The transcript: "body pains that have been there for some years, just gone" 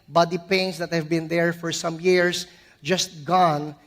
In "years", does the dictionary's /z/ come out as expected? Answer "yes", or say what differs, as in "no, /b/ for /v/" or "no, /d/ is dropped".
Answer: no, /s/ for /z/